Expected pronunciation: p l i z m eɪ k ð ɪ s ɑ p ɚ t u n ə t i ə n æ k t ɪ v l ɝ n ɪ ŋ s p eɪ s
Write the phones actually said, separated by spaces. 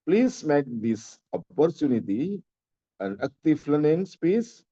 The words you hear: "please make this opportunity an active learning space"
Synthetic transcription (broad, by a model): p l i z m eɪ k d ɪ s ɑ p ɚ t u n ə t i ə n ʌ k t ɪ f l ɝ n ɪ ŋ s p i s